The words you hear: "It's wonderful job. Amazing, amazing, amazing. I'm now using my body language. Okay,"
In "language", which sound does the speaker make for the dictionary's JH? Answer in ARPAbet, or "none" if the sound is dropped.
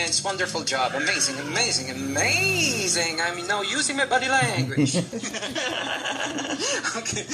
none